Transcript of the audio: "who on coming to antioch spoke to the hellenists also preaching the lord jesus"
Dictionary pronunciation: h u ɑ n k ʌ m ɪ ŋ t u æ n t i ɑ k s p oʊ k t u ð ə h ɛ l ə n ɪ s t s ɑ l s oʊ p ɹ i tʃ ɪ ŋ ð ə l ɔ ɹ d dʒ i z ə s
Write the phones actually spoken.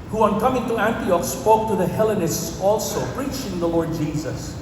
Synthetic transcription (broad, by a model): h u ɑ n k ʌ m ɪ ŋ t u æ n t i ɑ k s p oʊ k t u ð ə h ɛ l ə n ɪ s t s ɑ l s oʊ p ɹ i tʃ ɪ ŋ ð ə l ɔ ɹ d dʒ i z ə s